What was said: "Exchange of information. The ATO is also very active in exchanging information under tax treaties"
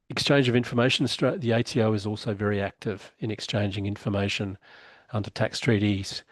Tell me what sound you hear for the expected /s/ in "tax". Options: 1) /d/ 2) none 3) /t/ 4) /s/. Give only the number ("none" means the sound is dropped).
4